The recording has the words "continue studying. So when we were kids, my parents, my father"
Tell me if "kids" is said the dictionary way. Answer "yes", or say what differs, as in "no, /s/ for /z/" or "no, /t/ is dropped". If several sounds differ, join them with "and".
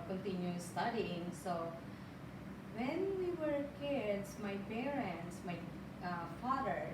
no, /s/ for /z/